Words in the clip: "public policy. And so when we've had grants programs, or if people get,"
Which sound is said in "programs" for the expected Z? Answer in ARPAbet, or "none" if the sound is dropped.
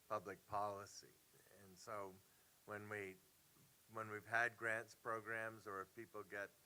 Z